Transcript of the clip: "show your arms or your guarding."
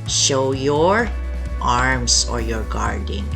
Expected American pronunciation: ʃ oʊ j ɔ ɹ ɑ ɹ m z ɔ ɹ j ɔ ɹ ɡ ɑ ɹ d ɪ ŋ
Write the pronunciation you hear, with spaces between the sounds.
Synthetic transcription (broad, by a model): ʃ oʊ j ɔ ɹ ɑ ɹ m s ɔ ɹ j ɔ ɹ ɡ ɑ ɹ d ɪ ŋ